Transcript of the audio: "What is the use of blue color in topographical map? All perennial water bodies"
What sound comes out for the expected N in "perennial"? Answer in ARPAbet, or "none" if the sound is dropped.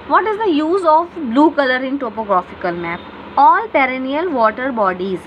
N